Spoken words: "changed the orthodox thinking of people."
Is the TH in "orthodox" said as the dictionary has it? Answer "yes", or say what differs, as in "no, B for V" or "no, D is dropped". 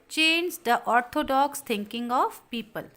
no, T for TH